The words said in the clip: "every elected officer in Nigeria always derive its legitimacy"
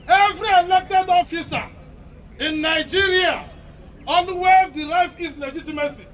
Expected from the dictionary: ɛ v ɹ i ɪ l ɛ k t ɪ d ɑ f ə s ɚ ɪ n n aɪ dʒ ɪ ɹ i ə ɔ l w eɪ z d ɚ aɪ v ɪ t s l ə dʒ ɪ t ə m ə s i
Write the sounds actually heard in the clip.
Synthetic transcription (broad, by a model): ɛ v ɹ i ɪ l ɛ k t ɪ d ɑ f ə s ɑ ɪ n n aɪ dʒ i ɹ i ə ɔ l w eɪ d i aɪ f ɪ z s l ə dʒ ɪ t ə m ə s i